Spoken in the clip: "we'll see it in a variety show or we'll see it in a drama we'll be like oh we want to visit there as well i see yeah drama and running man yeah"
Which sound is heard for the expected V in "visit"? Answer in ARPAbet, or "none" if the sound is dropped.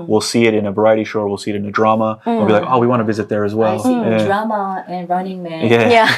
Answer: V